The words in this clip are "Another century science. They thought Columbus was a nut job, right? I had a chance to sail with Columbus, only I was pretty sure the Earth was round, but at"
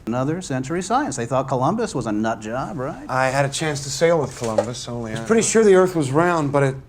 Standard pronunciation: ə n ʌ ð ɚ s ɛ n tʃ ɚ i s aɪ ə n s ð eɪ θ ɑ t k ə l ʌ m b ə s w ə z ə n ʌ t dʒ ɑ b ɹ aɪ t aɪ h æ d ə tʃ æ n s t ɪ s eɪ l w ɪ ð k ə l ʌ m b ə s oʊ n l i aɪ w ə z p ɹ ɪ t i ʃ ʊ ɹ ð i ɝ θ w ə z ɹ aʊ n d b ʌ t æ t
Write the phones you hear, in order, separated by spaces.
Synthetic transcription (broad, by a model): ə n ʌ ð ɚ s ɛ n tʃ ɚ i s aɪ ə n s ð eɪ θ ɑ t k ə l ʌ m b ə s w ə z ə n ʌ t dʒ ɑ b ɹ aɪ t aɪ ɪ d ə tʃ æ n s t ɪ s eɪ l w ɪ ð k ə l ʌ m b ə s oʊ n l i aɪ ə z p ɹ ɪ t i ʃ ʊ ɹ ð i ɝ θ w ə z ɹ aʊ n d b ʌ t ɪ t